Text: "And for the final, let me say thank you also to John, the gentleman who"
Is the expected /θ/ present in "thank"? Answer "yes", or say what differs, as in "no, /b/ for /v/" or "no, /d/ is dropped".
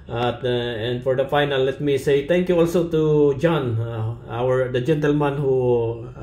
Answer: no, /t/ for /θ/